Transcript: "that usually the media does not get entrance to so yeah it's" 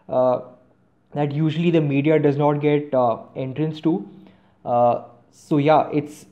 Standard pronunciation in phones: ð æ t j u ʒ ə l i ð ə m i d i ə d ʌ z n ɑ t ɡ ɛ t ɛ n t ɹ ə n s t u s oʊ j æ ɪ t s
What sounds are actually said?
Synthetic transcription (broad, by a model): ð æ t j u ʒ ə l i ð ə m i d i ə d ʌ z n ɑ t ɡ ɛ t ɛ n t ɹ ə n s t u s oʊ j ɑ ɪ t s